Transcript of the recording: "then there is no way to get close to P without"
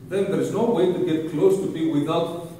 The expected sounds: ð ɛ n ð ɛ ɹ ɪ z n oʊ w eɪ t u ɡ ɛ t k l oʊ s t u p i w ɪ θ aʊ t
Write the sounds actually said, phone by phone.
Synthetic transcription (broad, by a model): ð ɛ n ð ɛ ɹ ɪ z n oʊ w eɪ t u ɡ ɛ t k l oʊ s t u b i w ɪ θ aʊ t